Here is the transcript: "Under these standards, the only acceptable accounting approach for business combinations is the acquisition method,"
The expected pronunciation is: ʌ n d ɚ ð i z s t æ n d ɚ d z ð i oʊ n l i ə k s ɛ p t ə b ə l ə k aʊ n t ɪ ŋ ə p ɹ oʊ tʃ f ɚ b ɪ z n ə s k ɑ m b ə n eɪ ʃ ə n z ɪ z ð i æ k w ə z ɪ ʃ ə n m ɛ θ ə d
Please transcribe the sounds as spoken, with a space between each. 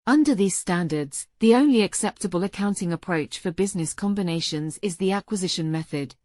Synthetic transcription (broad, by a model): ʌ n d ɚ ð i z s t æ n d ɚ d z ð i oʊ n l i ə k s ɛ p t ə b ə l ə k aʊ n t ɪ ŋ ə p ɹ oʊ tʃ f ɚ b ɪ z n ə s k ɑ m b ə n eɪ ʃ ə n z ɪ z ð i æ k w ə z ɪ ʃ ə n m ɛ θ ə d